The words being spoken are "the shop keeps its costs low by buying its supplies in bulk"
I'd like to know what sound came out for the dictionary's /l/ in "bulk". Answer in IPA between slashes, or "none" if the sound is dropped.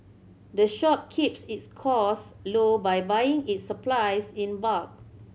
none